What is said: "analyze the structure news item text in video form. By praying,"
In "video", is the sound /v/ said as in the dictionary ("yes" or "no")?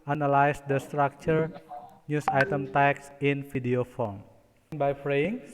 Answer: no